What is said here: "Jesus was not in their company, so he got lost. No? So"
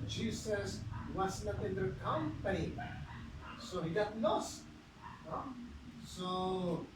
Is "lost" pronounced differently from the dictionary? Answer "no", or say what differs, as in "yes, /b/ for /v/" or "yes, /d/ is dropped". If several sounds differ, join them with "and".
yes, /n/ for /l/